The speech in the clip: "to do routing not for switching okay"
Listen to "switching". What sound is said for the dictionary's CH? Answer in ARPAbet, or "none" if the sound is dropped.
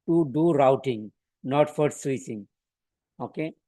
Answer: S